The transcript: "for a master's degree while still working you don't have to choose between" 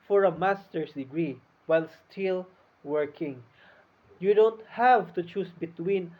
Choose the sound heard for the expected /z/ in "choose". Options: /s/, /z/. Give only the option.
/s/